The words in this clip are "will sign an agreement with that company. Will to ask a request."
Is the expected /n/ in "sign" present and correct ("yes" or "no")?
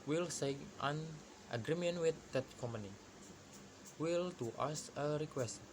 no